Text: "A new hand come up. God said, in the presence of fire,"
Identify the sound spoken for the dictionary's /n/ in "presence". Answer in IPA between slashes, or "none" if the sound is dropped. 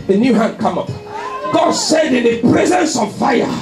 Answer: /n/